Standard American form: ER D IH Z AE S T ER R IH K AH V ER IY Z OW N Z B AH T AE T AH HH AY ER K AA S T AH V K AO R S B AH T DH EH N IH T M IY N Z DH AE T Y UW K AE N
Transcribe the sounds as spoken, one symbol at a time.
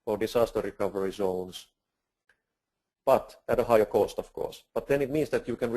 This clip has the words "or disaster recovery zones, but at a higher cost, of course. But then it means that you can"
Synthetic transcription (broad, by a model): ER D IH S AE S T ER R IH K AH V ER IY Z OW N S B AH T AE T AH HH AY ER K AA S T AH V K AO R S B AH T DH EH N IH T M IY N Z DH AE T Y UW K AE N